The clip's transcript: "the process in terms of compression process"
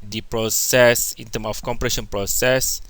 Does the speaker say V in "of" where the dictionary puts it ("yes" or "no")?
no